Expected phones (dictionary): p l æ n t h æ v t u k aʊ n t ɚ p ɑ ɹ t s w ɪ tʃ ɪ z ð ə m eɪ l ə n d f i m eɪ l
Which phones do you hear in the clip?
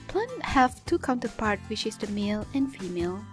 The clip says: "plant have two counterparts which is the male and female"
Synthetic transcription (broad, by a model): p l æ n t h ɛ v t u k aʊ n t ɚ p ɑ ɹ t w ɪ tʃ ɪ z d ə m eɪ l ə n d f i m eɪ l